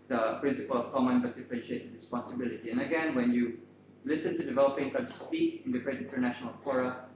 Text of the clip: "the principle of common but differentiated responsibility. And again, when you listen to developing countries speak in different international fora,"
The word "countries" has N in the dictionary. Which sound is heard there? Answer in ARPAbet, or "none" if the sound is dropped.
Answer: none